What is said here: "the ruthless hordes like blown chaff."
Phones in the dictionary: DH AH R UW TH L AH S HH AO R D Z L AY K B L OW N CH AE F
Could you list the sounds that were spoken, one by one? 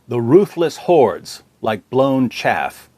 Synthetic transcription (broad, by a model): DH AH R UW TH L AH S HH AO R D Z L AY K B L OW N CH AE F